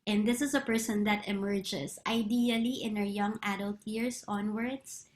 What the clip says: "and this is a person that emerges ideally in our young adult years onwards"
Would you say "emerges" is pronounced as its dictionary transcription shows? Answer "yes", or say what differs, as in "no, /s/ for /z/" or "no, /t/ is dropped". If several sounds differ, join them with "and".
no, /s/ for /z/